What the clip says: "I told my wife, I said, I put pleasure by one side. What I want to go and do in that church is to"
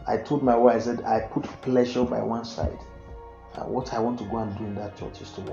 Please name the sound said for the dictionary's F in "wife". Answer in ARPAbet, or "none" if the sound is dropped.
none